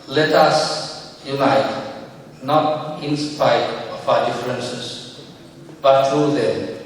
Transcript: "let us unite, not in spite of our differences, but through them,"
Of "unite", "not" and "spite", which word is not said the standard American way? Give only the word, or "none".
spite